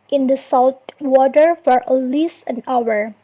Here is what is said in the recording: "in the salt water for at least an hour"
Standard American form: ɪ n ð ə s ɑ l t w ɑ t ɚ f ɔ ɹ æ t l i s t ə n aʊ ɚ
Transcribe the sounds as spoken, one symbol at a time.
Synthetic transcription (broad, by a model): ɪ n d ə s ɑ l t w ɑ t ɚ f ɔ ɹ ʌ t l i s t ə n aʊ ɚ